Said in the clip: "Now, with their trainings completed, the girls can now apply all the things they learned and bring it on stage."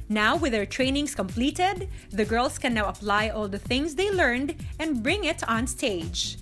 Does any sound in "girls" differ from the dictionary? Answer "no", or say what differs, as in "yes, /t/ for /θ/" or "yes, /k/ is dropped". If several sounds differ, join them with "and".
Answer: yes, /s/ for /z/